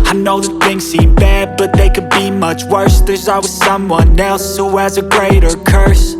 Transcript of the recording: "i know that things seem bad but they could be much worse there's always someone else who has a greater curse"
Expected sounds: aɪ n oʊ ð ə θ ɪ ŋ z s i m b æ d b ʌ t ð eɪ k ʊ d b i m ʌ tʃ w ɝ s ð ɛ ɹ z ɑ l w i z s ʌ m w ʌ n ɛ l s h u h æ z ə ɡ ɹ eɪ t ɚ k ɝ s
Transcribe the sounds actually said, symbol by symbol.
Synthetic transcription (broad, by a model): aɪ n oʊ ð ə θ ɪ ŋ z s i m b æ d b ʌ t ð eɪ k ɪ d b i m ʌ tʃ w ɝ s ð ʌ ɹ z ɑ w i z s ʌ m w ʌ n ɛ l s h u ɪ z ə ɡ ɹ eɪ t ɚ k ɝ s